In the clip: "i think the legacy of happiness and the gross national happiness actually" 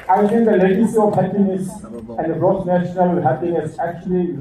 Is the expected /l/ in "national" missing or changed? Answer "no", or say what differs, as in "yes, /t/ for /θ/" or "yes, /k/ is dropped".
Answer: no